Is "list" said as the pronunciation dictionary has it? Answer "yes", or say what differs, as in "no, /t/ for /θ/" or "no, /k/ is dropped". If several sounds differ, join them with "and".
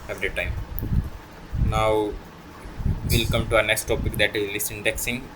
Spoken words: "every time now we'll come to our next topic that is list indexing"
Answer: no, /t/ is dropped